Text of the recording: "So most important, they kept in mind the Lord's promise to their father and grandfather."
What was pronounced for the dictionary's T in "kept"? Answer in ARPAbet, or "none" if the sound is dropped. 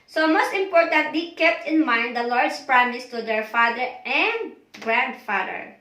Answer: T